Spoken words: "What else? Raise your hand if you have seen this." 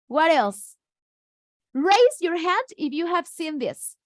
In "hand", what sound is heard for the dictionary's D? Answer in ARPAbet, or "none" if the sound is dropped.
D